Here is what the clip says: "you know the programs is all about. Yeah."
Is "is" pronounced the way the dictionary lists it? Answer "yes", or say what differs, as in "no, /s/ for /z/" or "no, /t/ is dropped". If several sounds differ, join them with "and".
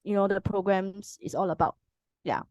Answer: no, /s/ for /z/